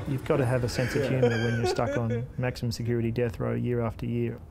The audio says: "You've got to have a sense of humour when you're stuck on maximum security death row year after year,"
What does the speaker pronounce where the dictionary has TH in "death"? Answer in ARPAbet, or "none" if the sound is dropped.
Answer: TH